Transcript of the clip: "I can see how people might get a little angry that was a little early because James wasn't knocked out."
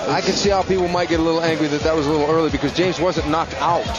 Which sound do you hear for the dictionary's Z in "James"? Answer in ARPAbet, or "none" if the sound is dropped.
Z